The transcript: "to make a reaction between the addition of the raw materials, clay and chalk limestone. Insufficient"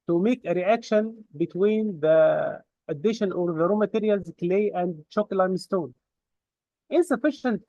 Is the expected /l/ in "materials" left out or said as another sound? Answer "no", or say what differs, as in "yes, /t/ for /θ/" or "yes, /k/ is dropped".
no